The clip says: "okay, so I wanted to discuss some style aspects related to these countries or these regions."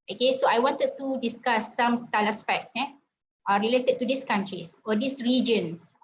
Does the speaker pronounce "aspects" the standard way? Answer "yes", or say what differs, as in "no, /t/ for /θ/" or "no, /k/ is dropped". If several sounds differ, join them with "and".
no, /f/ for /p/